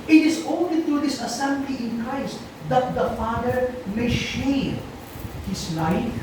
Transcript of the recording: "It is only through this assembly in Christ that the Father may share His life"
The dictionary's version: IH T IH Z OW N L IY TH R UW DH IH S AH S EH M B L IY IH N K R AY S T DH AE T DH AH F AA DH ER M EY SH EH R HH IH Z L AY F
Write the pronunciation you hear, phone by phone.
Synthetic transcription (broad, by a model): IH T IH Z OW N L IY T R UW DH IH S AH S EH M B L IY IH N K R AY S T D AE T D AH F AA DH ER M EY SH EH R HH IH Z L AY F